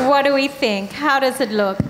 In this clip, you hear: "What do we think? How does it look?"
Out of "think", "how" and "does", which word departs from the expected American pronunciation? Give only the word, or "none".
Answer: none